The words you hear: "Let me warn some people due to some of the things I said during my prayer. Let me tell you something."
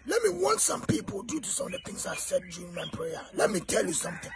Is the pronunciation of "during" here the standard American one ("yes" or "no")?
no